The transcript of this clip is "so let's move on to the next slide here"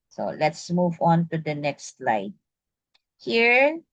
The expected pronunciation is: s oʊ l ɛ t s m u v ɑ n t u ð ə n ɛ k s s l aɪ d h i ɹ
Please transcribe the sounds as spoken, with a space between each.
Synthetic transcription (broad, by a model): s oʊ l ɛ t s m u v ɑ n t u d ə n ɛ k s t l aɪ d h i ɹ